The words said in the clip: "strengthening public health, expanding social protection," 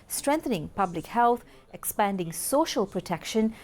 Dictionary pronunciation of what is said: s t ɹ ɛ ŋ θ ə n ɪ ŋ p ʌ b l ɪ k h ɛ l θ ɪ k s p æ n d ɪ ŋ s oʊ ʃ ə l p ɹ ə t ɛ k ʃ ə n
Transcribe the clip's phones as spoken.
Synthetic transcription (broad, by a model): s t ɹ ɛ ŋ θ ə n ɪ ŋ p ʌ b l ɪ k h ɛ l t ɪ k s p æ n d ɪ ŋ s oʊ ʃ ə l p ɹ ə t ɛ k ʃ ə n